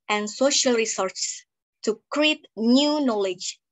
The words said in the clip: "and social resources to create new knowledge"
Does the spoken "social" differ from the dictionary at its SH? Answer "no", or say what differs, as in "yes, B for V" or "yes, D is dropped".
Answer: no